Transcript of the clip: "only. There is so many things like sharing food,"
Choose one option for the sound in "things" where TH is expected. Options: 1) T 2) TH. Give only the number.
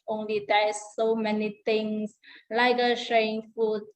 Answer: 1